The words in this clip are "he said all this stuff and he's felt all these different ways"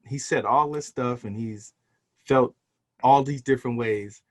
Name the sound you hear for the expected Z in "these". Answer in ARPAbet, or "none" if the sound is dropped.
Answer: Z